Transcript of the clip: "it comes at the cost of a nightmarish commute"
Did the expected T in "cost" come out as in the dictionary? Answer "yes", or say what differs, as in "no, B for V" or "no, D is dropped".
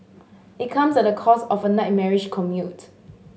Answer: no, T is dropped